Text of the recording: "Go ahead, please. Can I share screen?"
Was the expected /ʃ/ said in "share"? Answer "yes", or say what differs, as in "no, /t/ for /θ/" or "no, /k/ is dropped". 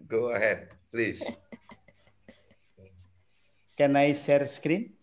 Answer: no, /s/ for /ʃ/